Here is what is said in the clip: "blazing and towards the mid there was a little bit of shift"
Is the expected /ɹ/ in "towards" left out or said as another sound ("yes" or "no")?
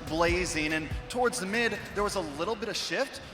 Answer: no